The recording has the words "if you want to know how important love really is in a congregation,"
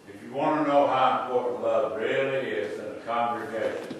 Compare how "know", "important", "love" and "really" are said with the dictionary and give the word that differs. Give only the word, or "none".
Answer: important